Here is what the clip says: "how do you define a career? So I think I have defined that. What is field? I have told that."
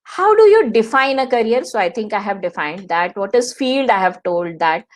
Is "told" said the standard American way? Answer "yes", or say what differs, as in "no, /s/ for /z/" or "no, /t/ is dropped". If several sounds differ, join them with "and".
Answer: yes